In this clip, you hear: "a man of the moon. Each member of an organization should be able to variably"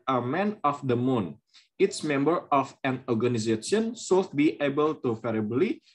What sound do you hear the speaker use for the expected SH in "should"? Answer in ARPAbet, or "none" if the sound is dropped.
S